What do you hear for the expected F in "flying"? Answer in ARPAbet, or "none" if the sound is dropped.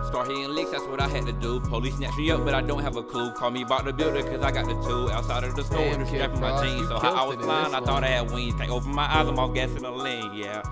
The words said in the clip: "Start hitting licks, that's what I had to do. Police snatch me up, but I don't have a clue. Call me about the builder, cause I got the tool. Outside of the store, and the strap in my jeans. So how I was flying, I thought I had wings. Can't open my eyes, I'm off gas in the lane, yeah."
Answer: P